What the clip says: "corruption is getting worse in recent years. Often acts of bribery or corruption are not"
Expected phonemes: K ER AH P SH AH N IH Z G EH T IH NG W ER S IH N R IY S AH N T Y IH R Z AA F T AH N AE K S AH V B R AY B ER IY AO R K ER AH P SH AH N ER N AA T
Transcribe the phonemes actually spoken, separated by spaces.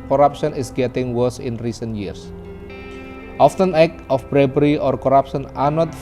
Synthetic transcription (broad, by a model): K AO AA P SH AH N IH S G EH T IH NG W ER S IH N R IY S AH N T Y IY R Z AA F T AH N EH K AH F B R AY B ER IY AO R K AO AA P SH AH N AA N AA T